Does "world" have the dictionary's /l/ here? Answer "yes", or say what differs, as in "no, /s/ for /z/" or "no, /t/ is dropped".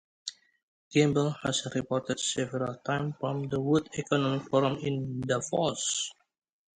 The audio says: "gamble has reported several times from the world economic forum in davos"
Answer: no, /l/ is dropped